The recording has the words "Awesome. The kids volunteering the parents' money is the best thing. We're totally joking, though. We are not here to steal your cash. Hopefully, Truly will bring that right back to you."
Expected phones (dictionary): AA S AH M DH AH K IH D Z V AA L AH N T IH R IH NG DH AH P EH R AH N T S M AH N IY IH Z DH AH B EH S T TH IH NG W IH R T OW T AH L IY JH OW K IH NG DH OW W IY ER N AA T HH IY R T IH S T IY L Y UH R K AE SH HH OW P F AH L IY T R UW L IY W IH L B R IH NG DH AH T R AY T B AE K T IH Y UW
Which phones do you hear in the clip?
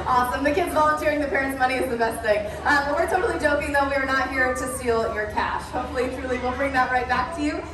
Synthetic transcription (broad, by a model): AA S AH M DH AH K IH D Z V AA L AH N T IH R IH NG DH AH P EH R AH N T S M AH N IY IH Z DH AH B EH S T TH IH NG W IH R T OW T L IY JH OW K IH NG DH OW W IY ER N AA T HH IY R T IH S T IY L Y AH R K AE SH HH OW P F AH L IY T R UW L IY W IH L B R IH NG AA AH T R AY T B AE K T IH Y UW